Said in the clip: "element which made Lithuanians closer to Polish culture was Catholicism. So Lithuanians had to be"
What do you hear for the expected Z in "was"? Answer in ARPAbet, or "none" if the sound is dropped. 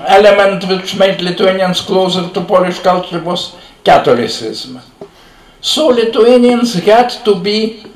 S